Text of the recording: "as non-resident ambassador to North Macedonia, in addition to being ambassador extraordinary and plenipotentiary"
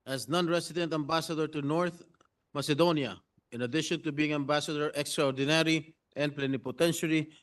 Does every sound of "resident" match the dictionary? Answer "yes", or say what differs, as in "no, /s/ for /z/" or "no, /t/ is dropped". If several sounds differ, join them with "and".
no, /s/ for /z/